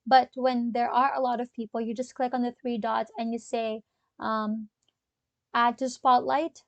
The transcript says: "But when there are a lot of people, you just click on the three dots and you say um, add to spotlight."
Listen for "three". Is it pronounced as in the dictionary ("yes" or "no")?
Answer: yes